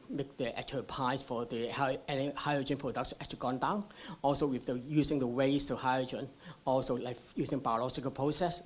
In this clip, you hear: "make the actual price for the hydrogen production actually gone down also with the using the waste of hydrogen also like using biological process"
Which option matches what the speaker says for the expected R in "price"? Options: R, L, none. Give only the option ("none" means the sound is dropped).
none